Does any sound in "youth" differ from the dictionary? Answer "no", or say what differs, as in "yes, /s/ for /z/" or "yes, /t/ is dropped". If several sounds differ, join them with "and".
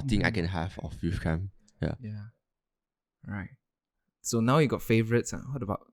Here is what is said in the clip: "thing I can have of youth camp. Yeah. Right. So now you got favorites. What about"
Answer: yes, /f/ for /θ/